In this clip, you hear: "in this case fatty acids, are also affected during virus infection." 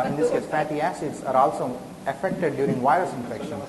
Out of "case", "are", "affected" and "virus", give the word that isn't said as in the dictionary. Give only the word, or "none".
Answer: none